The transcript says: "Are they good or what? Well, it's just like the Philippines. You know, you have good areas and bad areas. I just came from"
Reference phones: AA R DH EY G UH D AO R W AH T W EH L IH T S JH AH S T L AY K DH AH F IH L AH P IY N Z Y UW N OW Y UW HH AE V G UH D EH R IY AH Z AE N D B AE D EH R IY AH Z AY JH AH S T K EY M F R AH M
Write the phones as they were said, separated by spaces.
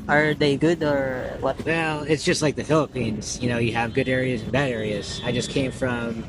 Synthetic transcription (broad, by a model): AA R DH EY G UH D AO R W AH T W EH L IH T S JH AH S T L AY K DH AH F IH L AH P IY N Z Y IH N OW Y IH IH V G UH D EH R IY AH Z N B AE D EH R IY AH Z AY JH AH S K EY M F R AH M